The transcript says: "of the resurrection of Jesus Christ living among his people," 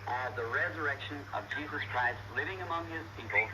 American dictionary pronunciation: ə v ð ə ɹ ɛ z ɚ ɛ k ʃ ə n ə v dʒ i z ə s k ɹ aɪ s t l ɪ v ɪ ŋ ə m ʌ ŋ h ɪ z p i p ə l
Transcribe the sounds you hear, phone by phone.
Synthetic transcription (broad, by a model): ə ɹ ð ə ɹ ɛ z ɚ ɛ k ʃ ə n ə v dʒ i z ə s k ɹ aɪ s t l ɪ v ɪ ŋ ə m ʌ ŋ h ɪ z p i p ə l